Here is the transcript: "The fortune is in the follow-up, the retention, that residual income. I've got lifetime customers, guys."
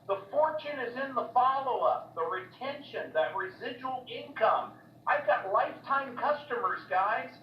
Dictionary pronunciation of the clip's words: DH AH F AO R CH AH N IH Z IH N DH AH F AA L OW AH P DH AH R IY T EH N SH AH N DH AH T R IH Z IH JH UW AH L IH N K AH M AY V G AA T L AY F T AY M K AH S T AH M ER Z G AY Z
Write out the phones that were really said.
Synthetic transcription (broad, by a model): DH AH F AO R CH AH N IH Z IH N DH AH F AA L OW AH P DH AH R IY T EH N SH AH N DH AH T R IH Z IH JH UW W L IH N K AH M AY V G AA T L AY F T AY M K AH S T AH M ER Z G AY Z